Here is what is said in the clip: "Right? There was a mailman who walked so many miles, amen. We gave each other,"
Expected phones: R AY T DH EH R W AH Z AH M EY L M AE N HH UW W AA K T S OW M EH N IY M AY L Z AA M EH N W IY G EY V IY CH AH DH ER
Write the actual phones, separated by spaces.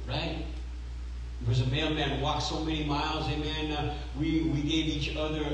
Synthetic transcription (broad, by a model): R AY T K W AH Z AH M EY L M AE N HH W AA K S OW M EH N IY M AY L Z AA M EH N W IY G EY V IY CH AH DH ER